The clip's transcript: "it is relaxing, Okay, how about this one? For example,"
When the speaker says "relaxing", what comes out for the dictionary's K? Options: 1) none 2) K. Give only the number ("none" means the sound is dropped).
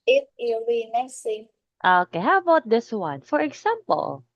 1